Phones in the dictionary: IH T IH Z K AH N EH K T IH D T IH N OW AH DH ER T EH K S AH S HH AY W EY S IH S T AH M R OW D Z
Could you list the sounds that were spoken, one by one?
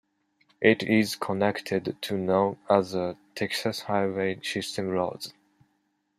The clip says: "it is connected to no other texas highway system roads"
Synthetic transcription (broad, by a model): IH T IH Z K AH N EH K T IH D T IH N OW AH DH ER T EH K S AH S HH AY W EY S IH S T AH M L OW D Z